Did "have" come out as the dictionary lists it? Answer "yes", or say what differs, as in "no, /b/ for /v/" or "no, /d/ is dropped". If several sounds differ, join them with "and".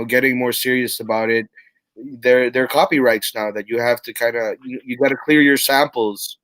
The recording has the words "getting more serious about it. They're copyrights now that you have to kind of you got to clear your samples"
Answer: no, /f/ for /v/